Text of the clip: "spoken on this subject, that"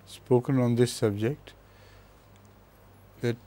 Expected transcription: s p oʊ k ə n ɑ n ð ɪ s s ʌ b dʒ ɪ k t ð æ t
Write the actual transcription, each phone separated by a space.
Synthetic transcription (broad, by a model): s p oʊ k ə n ɑ n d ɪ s s ʌ b dʒ ɪ k t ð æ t